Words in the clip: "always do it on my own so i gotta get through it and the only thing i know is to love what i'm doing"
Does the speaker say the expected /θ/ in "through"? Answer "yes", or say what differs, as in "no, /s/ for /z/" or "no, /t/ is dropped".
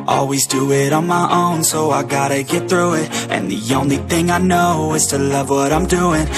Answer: yes